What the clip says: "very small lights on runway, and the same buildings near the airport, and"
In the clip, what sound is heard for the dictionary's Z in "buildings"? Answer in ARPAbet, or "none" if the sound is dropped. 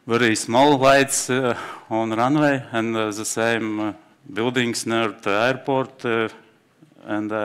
S